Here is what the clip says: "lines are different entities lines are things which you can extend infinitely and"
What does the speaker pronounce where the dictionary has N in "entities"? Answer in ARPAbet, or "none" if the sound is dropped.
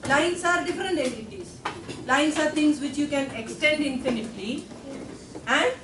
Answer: none